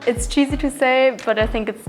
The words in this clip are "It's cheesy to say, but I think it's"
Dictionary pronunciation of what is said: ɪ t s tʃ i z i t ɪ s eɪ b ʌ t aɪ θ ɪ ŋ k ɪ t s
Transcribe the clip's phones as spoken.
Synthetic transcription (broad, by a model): ɪ t s tʃ i z i t ɪ s eɪ b ʌ t aɪ θ ɪ ŋ k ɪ t s